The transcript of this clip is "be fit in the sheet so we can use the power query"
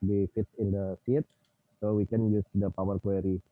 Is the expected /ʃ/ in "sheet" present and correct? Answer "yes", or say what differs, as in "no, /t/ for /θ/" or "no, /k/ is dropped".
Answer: no, /s/ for /ʃ/